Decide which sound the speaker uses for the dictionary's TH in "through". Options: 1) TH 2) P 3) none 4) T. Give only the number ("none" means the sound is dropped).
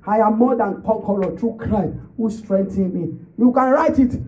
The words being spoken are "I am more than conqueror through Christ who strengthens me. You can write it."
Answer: 4